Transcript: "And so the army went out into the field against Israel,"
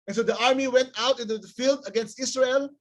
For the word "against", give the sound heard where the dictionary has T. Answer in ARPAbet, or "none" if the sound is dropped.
T